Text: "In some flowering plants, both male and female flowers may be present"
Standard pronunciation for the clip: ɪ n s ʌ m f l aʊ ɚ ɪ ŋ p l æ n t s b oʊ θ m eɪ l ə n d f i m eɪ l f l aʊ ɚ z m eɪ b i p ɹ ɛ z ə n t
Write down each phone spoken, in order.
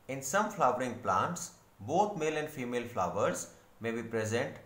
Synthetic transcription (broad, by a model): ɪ n s ʌ m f l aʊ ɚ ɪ ŋ p l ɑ n t s b oʊ t m eɪ l ə n d f i m eɪ l f l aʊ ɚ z m eɪ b i p ɹ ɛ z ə n t